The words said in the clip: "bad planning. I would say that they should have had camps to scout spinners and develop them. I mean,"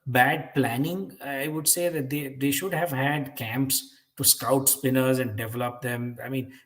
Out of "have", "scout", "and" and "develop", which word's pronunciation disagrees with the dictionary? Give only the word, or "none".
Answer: none